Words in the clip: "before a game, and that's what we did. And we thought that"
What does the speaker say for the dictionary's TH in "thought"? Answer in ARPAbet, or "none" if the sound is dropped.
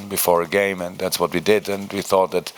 TH